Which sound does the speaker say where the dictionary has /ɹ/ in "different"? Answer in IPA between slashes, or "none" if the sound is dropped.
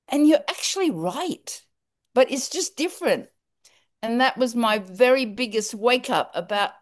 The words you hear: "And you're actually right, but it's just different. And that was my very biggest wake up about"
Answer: /ɹ/